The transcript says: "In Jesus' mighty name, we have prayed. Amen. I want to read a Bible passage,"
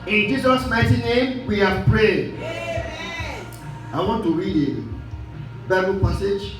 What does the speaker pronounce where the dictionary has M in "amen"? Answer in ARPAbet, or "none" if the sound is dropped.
none